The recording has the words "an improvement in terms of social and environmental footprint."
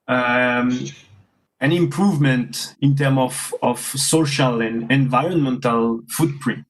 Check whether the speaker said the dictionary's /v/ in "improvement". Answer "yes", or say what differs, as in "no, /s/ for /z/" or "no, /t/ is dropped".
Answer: yes